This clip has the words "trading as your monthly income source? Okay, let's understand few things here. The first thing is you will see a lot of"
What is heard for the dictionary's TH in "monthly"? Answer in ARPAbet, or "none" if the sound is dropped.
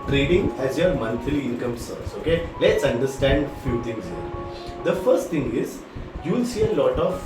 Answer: F